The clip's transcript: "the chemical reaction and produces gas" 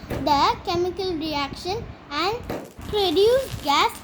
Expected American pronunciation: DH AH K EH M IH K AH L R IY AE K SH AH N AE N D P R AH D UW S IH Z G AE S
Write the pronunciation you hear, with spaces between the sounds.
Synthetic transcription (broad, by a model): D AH K EH M IH K AH L R IY AE K SH AH N AE N D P R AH D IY IH G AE S